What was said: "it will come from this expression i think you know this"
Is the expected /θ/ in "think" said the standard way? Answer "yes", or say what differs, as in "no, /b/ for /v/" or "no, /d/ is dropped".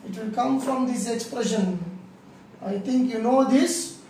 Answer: no, /t/ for /θ/